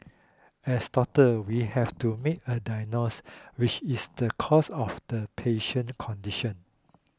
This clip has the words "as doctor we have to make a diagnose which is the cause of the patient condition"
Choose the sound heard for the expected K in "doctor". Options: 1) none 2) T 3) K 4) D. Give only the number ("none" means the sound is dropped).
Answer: 1